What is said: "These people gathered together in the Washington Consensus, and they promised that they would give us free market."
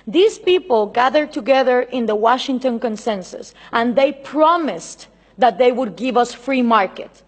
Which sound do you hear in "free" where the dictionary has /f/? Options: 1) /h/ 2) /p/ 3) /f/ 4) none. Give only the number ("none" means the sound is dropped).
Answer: 3